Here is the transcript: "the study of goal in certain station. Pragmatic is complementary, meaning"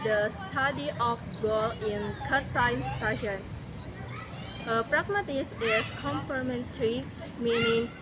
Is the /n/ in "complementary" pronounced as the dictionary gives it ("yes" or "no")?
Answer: yes